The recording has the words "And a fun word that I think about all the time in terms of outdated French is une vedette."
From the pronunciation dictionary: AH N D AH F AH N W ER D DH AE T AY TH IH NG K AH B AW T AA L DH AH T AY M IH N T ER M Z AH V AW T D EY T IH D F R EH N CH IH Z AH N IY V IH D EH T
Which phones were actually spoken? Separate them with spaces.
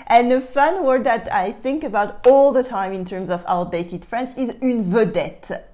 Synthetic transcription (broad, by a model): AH N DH AH F AH N W ER D DH AE T AY TH IH NG K AH B AW T AA L DH AH T AY M IH N T ER M Z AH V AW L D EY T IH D F R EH N S IH Z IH N V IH D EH T